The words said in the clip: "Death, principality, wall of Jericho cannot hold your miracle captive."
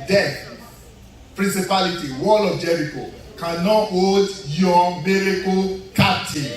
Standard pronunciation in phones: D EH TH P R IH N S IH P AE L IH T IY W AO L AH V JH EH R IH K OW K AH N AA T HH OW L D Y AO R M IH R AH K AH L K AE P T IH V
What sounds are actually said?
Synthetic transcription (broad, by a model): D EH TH P R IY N S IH P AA L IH T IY W AO L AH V JH EH R IH K OW K AH N AA T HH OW D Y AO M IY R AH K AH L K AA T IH